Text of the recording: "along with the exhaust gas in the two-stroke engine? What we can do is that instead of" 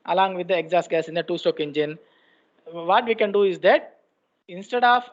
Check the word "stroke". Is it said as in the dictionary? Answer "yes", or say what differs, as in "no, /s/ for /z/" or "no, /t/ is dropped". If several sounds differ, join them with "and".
no, /ɹ/ is dropped